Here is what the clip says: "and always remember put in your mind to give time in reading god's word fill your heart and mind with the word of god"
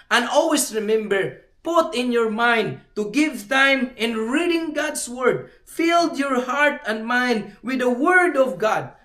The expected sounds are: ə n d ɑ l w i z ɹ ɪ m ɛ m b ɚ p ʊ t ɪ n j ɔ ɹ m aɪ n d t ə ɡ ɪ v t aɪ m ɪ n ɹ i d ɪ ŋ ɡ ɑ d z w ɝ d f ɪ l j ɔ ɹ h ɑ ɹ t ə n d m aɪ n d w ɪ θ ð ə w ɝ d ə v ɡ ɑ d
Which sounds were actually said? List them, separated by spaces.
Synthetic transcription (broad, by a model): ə n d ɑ l w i s ɹ ɪ m ɛ m b ɚ p ʊ t ɪ n j ɔ ɹ m aɪ n d t ə ɡ ɪ v t aɪ m ɪ n ɹ i d ɪ ŋ ɡ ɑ d s w ɝ d f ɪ l j ɔ ɹ h ɑ ɹ t ə n d m aɪ n d w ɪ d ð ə w ɝ d ə v ɡ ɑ d